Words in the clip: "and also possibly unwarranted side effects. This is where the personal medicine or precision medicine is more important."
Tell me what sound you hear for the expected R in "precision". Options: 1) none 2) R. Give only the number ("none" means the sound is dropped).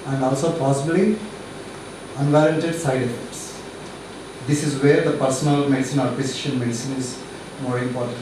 1